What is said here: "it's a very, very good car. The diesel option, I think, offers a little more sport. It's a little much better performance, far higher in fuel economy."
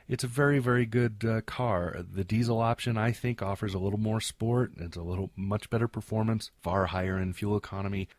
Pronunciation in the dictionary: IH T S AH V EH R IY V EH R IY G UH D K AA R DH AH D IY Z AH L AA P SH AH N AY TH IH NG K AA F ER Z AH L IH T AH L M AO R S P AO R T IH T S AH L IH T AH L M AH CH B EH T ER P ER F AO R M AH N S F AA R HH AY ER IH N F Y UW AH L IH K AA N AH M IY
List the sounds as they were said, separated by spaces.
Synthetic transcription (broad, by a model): IH T S AH V EH R IY V EH R IY G UH D K AA R DH AH D IY Z L AA P SH AH N AY TH IH NG K AA F ER Z AH L IH T L M AO R S P AO R T IH T S AH L IH T L M AH CH B EH T ER P ER F AO R M AH N S F AA R HH AY ER IH N F Y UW L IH K AA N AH M IY